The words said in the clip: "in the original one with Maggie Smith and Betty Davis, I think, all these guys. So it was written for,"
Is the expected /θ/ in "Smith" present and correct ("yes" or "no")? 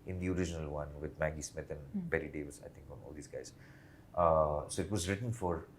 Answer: no